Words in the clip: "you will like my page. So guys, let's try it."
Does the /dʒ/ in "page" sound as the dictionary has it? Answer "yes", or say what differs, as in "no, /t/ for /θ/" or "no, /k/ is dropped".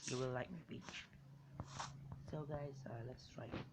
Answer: no, /tʃ/ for /dʒ/